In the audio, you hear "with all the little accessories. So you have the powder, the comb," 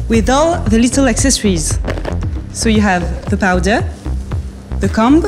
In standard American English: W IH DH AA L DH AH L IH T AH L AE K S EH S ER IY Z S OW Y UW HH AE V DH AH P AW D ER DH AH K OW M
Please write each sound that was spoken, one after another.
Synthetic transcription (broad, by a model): W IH DH AA L DH AH L IH T AH L AE K S EH S ER IY Z S OW Y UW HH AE V DH AH P AW D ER DH AH K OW M